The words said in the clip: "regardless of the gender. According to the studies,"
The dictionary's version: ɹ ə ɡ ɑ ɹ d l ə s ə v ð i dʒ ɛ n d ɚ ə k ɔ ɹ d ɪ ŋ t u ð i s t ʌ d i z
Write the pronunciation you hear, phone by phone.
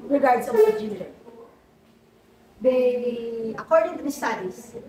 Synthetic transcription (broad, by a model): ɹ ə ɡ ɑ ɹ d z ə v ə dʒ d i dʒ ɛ d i ə k ɔ ɹ d ɪ ŋ t u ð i s t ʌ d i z